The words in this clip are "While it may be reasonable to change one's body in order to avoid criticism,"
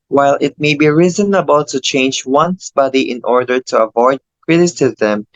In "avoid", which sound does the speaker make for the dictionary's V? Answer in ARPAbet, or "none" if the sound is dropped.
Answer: V